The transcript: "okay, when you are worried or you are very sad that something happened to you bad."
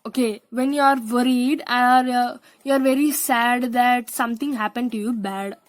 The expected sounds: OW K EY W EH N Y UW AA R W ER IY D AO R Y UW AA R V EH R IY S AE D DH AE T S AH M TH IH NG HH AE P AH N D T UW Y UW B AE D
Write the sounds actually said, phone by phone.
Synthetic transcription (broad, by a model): OW K EY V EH N Y UW AA R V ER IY D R Y UW AA R V EH R IY S AE D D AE T S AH M T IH NG HH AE P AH N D T UW Y UW B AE D